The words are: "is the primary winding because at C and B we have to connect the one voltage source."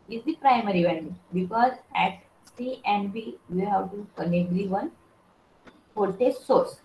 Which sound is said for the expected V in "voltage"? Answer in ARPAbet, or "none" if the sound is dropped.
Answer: P